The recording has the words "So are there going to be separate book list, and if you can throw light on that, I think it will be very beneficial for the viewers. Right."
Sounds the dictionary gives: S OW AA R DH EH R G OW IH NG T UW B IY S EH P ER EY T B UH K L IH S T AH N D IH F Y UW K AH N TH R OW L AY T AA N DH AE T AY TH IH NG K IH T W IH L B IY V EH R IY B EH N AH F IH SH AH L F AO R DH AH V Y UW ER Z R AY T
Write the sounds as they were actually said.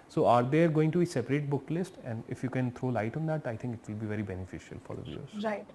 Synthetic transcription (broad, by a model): S OW AA R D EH R G OW IH NG T UW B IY S EH P ER EY T B UH K L IH S T AH N D IH F Y UW K AH N T R OW L AY T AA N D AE T AY T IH NG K IH T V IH L B IY V EH R IY B EH N AH F IH SH AH L F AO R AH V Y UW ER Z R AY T